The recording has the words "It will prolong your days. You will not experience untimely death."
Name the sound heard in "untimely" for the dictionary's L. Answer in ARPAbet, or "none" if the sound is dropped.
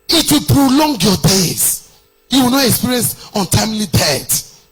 L